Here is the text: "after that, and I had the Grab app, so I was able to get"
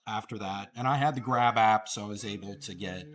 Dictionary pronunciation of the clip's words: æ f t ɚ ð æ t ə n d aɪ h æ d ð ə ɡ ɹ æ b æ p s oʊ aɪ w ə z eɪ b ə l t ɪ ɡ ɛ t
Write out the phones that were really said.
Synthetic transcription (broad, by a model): æ f t ɚ ð æ t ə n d aɪ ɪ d ð ə ɡ ɹ æ b æ p s oʊ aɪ w ə z eɪ b l t ɪ ɡ ɛ t